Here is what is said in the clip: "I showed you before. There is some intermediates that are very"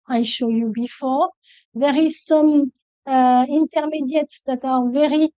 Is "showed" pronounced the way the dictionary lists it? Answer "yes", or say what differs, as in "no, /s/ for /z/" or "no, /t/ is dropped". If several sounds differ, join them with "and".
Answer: yes